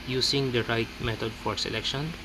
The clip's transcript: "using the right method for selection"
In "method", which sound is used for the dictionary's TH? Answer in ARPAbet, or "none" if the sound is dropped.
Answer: T